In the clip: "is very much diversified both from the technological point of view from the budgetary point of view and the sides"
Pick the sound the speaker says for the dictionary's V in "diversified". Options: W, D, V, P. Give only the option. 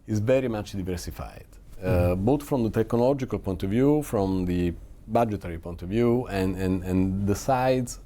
V